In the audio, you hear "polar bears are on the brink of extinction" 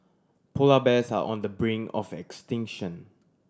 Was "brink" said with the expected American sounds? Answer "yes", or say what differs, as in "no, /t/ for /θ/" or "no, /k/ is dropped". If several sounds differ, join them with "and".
no, /k/ is dropped